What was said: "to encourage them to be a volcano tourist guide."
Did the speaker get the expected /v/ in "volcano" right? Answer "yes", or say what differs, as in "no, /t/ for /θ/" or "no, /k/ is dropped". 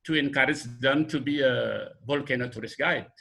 no, /b/ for /v/